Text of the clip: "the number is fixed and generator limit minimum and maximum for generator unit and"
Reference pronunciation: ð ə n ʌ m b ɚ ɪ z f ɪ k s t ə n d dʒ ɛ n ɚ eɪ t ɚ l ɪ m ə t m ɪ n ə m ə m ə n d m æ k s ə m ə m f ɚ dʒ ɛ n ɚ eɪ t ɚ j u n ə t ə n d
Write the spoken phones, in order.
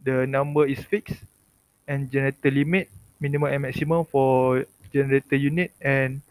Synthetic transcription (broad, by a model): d ə n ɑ m b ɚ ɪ s f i k s ə n dʒ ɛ n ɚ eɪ t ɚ l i m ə t m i n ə m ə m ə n m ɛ k s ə m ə m f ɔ dʒ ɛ n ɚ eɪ t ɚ j u n ə t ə n